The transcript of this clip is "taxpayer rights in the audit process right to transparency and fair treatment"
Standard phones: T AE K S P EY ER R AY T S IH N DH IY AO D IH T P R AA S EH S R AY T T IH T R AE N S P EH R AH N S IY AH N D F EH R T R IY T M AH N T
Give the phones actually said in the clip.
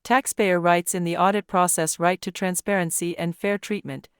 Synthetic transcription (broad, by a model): T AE K S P EY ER R AY T S IH N DH IY AO D IH T P R AA S EH S R AY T T IH T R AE N S P EH R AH N S IY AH N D F EH R T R IY T M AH N T